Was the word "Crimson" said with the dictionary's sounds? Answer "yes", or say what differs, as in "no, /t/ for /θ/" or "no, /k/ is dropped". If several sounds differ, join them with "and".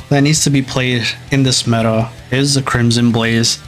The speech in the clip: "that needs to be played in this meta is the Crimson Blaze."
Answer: yes